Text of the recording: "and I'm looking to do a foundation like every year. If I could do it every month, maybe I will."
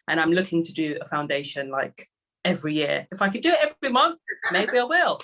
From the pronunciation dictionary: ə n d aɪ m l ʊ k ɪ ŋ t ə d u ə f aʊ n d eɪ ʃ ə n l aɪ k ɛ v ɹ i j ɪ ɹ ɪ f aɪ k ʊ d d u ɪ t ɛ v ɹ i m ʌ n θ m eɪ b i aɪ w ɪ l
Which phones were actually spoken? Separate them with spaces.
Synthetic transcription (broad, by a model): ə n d aɪ m l ʊ k ɪ ŋ t ə d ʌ ə f aʊ n d eɪ ʃ ə n l aɪ k ɛ v ɹ i j ɪ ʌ ɪ f aɪ k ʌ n d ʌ ɪ t ɛ v ɹ i m ʌ n θ m eɪ b i aɪ w ɪ l